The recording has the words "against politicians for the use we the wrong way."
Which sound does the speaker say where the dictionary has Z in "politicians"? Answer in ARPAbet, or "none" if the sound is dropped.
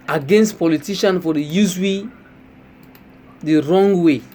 none